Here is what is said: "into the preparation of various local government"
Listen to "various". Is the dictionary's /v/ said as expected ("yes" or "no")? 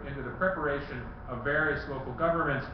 yes